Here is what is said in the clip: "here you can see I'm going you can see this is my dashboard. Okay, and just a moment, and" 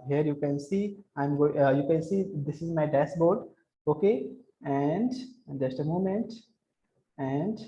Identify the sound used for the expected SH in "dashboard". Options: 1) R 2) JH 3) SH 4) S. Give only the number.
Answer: 4